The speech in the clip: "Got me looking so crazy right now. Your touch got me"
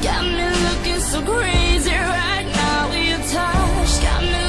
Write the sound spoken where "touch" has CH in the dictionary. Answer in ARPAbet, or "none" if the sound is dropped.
SH